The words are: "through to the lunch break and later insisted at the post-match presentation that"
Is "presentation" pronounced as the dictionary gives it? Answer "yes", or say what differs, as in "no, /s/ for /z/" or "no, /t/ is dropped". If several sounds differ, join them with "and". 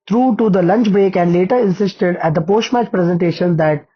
yes